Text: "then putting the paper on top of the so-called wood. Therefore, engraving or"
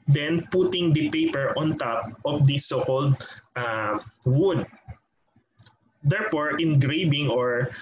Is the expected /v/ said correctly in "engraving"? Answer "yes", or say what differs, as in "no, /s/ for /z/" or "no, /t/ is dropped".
no, /b/ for /v/